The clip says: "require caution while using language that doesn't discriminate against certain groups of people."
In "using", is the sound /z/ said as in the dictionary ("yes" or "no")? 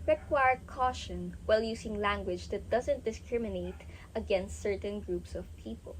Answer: no